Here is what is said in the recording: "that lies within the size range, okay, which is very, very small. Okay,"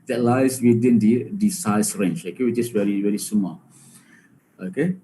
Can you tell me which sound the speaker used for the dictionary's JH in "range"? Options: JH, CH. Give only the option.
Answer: CH